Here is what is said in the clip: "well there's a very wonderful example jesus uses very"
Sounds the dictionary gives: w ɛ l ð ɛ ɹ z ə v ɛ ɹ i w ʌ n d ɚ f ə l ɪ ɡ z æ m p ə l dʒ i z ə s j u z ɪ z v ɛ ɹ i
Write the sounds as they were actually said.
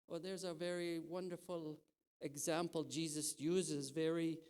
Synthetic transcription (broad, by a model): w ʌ ð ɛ ɹ z ə v ɛ ɹ i w ʌ n d ɚ f ə l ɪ ɡ z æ m p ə l dʒ i z ə s j u z ɪ z v ɛ ɹ i